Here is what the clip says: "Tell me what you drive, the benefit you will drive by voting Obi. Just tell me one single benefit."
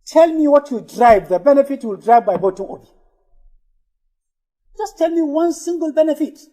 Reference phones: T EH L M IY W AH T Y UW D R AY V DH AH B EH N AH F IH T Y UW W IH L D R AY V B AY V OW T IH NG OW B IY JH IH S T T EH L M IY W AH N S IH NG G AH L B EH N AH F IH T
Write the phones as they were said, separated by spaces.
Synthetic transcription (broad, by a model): T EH L M IY W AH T Y UW D R AY V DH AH B EH N AH F IH T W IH L D R AY V B AY B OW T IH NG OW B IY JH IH S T T EH L M IY W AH N S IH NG G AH L B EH N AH F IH T